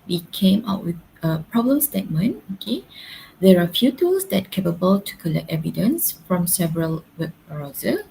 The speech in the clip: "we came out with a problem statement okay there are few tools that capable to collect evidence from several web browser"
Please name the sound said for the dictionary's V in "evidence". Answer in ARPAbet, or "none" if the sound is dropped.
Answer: V